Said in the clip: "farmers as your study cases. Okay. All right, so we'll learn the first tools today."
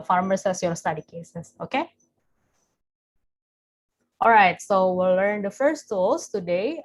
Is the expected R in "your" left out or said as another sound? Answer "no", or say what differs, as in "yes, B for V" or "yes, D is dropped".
yes, L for R